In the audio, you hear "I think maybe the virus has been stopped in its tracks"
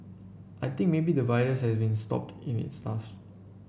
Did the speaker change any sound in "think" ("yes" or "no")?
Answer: yes